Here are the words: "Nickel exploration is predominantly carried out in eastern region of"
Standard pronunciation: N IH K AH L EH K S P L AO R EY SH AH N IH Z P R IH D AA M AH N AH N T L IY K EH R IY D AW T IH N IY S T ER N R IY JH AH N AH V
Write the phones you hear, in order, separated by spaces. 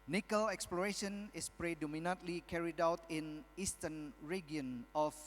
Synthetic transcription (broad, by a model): N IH K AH L EH K S P L AO R EY SH AH N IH S P R IH D AA M AH N AH N T L IY K EH R IY D AW T IH N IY S T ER N R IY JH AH N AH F